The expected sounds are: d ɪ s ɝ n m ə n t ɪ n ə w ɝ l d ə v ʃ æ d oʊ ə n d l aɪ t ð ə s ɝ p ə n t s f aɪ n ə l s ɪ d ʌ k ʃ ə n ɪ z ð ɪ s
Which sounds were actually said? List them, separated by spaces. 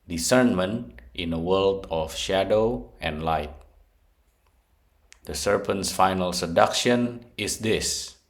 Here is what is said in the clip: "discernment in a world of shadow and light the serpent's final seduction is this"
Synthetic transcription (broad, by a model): d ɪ s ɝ n m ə n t ɪ n ə w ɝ l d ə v ʃ æ d oʊ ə n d l aɪ t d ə s ɝ p ə n t s f aɪ n ə l s ɪ d ʌ k ʃ ə n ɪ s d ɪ s